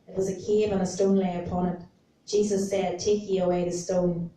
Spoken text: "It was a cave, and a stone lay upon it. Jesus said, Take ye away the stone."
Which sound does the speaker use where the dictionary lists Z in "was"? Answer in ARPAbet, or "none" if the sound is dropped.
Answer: Z